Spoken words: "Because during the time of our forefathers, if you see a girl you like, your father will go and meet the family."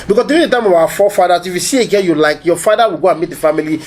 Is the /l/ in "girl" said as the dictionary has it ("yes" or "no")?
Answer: no